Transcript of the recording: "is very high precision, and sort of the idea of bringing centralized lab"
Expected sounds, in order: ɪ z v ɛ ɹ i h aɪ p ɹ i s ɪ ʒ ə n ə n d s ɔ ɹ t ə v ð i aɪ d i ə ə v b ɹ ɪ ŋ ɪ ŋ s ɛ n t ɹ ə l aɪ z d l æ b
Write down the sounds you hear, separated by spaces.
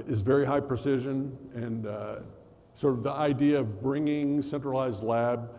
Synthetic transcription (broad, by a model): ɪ z v ɛ ɹ i h aɪ p ɹ i s ɪ ʒ ə n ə n s ɔ ɹ t ə v ð i aɪ d i ə ə v b ɹ ɪ ŋ ɪ ŋ s ɛ n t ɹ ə l aɪ z d l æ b